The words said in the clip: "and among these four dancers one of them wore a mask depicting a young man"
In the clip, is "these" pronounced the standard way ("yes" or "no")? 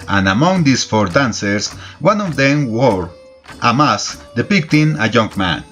no